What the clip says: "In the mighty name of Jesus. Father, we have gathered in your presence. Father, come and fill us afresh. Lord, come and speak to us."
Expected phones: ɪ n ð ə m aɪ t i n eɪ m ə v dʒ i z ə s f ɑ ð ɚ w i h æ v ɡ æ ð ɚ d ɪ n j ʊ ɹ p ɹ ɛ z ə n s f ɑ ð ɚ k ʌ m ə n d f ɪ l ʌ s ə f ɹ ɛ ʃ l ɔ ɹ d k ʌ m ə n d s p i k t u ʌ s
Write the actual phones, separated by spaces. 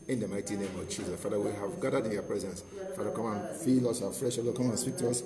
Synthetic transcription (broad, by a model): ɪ n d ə m aɪ t i n eɪ m ə v dʒ i z ə s f ɑ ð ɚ w i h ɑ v ɡ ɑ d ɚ d ɪ n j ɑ p ɹ ɛ z ə n s f ɑ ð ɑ k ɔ m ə n f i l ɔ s ə f ɹ ɛ ʃ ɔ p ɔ k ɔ m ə n s p i k t u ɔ s